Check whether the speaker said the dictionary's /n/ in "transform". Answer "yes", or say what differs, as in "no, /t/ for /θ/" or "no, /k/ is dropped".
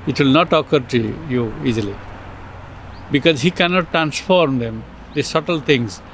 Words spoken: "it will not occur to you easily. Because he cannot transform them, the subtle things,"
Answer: yes